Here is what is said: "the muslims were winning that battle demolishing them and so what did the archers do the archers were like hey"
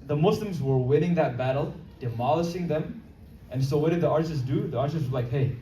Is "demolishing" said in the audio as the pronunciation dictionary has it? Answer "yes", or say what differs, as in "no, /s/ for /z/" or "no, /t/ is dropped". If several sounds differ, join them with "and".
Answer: yes